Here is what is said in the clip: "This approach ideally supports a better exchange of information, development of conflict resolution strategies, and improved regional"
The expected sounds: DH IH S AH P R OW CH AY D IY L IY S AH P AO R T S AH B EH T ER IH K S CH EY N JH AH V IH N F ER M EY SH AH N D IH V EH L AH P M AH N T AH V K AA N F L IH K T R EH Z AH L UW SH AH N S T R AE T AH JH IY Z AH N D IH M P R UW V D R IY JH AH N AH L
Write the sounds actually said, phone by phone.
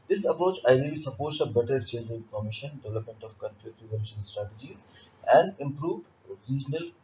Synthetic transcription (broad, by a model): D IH S AH P R OW CH AY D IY L IY S AH P AO R T S AH B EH T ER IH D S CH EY JH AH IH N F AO M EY SH AH N D IH V EH L AH P M AH N T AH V K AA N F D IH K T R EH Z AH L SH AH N S T R AE T AH JH IY Z AH N D IH M P R UW V D R IY JH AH N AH L